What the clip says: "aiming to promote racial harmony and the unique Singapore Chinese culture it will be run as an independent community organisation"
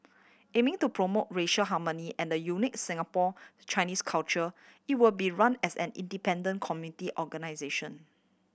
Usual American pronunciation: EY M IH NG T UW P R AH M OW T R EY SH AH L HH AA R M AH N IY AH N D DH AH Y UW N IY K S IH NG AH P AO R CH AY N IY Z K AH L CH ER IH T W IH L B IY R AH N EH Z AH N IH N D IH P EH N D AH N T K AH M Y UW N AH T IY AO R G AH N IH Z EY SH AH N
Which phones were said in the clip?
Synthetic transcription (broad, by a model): EY M IH NG T UW P R AH M OW T R EY SH AH L HH AA M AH N IY AH N D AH Y UW N IY K S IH NG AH P AO CH AY N IY S K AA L CH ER IH T W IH L B IY R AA N EH S AH N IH N D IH P EH N D AH N K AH M Y UW N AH T IY AO G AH N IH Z EY SH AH N